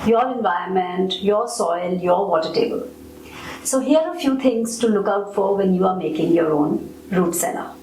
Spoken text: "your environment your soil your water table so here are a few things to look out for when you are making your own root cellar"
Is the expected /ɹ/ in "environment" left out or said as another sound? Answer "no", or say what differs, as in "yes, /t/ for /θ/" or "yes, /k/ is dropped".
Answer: yes, /ɹ/ is dropped